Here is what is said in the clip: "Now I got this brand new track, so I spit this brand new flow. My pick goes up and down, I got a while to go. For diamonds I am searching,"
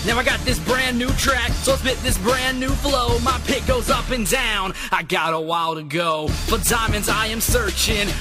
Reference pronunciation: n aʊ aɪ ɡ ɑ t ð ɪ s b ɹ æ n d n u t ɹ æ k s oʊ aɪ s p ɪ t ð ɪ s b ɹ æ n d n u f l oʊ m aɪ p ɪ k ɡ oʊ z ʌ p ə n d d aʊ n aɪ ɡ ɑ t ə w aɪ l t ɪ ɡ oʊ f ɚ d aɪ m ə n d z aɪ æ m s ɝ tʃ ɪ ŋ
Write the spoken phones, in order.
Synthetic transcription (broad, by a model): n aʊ aɪ ɡ ɑ t ð ɪ s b ɹ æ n n u t ɹ æ k s oʊ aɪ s b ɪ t ð ɪ s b ɹ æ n n u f l oʊ m aɪ p ɪ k ɡ oʊ z ʌ p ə n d d aʊ n aɪ ɡ ɑ t ə w aɪ l t ɪ ɡ oʊ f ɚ d aɪ m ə n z aɪ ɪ m s ɝ tʃ ɪ ŋ